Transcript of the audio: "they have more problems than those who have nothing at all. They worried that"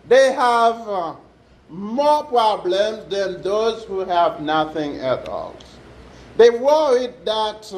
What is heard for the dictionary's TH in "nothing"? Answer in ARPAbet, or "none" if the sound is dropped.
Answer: TH